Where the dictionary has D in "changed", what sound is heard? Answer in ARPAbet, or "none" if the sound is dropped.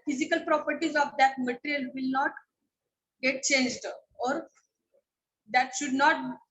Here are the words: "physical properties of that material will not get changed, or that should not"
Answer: D